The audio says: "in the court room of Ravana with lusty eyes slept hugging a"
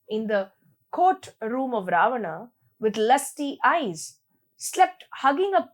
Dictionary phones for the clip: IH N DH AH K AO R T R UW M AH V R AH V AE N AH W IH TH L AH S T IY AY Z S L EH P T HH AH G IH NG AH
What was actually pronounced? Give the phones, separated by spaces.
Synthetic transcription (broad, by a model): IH N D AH K AO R T R UW M AH V R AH V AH N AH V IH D L AH S T IY AY Z S L EH P T HH AH G IH NG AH